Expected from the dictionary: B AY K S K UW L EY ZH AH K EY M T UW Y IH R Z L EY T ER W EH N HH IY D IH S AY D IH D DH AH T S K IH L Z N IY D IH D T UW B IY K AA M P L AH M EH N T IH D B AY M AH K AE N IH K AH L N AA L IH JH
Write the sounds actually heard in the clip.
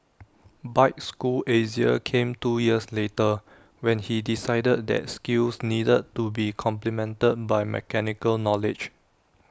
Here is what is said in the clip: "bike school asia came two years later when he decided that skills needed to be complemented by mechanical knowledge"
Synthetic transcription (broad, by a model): B AY K S K UW L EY Z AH K EY M T UW Y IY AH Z L EY T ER W EH N HH IY D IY S AY D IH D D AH T S K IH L S N IY D IH D T UW B IY K AA M P L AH M EH N T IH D B AY M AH K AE N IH K AH L N AA L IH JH